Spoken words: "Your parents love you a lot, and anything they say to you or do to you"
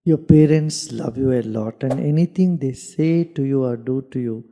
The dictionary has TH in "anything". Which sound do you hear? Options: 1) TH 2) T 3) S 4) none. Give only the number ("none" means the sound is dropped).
2